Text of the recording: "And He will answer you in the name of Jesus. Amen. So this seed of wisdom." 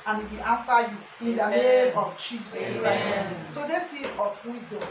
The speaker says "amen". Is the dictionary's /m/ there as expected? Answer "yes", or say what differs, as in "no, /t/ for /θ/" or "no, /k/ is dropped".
no, /m/ is dropped